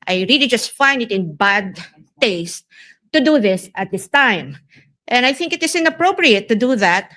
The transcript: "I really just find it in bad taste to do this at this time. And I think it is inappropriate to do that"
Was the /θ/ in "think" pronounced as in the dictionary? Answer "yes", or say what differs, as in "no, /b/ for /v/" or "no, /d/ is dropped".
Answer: yes